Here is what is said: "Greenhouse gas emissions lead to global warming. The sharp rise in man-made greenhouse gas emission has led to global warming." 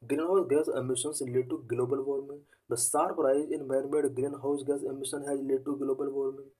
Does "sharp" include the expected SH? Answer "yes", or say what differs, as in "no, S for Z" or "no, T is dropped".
no, S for SH